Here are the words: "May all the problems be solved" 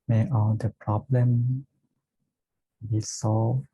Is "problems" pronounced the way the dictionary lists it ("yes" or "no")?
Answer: no